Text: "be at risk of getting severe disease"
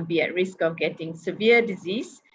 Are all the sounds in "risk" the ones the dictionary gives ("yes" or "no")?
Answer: yes